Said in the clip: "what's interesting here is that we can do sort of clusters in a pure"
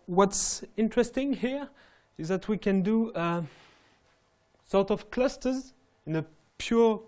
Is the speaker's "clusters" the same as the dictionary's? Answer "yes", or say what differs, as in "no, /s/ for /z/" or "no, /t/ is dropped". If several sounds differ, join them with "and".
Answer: yes